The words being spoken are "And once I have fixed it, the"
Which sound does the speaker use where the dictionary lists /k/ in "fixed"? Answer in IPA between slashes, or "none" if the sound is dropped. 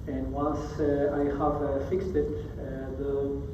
/k/